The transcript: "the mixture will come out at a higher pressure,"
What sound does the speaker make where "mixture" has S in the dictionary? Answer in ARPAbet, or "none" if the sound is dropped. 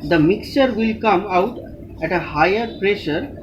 S